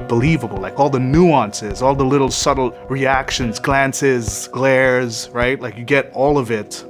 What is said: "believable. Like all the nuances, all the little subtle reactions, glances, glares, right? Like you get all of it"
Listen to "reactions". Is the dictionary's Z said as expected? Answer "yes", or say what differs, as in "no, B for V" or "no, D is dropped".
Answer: yes